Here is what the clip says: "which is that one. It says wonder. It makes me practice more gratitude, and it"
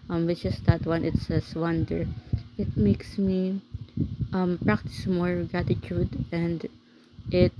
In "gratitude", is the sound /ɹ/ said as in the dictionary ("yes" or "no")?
no